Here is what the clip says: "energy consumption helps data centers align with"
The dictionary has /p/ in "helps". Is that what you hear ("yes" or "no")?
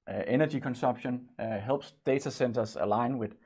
no